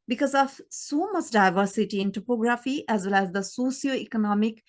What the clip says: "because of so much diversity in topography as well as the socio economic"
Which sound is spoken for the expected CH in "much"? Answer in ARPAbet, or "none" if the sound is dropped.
S